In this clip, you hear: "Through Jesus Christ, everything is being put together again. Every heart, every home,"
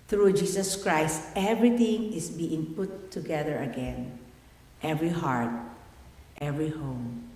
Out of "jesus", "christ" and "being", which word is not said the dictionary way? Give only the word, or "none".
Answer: jesus